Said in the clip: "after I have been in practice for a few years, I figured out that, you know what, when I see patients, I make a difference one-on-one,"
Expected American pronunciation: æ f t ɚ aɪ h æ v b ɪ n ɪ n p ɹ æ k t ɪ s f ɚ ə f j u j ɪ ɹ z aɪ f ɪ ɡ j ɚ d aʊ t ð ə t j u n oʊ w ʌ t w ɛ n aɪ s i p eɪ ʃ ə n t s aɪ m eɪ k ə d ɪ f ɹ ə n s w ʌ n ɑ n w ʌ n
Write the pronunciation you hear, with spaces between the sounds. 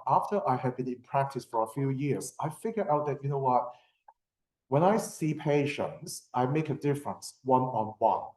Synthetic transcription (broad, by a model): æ f t ɚ aɪ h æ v b ɪ n ɪ n p ɹ æ k t ɪ s f ɚ ə f j u j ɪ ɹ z aɪ f ɪ ɡ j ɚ aʊ t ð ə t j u n oʊ w ʌ t w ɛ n aɪ s i p eɪ ʃ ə n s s aɪ m eɪ k ə d ɪ f ɹ ə n s w ʌ n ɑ n w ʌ n